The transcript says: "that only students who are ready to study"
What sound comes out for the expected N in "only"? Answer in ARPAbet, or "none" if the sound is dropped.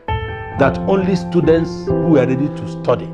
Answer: N